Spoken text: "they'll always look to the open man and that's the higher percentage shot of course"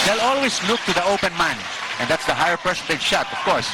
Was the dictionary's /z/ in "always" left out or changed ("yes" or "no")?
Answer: yes